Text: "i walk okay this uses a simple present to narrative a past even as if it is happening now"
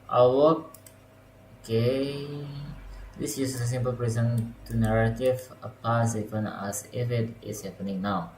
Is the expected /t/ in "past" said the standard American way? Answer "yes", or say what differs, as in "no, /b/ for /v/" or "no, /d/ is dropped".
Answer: no, /t/ is dropped